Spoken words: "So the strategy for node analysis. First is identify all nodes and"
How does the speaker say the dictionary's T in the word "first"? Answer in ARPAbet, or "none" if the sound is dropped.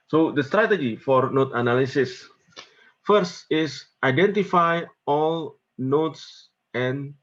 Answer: T